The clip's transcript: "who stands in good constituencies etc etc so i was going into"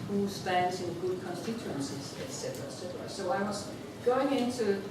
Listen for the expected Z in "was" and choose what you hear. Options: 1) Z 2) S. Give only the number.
2